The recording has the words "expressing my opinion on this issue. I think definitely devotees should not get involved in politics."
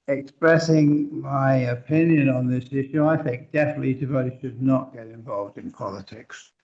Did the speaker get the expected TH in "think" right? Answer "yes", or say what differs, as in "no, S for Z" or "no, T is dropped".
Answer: yes